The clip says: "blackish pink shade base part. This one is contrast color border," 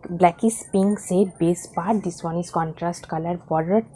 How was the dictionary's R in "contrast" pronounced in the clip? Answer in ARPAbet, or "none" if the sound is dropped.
R